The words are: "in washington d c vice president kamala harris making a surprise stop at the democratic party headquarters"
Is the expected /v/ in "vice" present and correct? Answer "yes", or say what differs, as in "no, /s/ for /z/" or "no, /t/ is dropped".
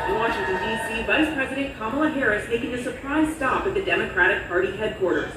yes